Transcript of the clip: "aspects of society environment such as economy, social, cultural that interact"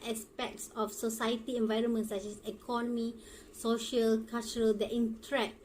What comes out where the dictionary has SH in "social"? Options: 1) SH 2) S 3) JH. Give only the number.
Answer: 1